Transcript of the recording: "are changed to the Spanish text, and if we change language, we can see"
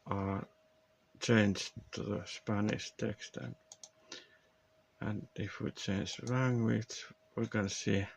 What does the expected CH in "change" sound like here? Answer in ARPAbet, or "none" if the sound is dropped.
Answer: CH